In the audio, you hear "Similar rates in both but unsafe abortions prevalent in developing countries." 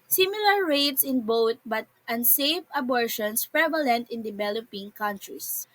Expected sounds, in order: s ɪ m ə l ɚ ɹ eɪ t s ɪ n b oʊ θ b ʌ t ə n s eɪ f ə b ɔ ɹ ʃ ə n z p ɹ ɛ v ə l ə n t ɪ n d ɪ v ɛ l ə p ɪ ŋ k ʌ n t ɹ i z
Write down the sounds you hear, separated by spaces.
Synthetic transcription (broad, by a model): s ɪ m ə l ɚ ɹ eɪ t s ɪ n b oʊ t b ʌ t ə n s eɪ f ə b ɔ ɹ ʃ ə n s p ɹ ɛ v ə l ə n t ɪ n d ɪ v ɛ l ə p ɪ ŋ k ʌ n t ɹ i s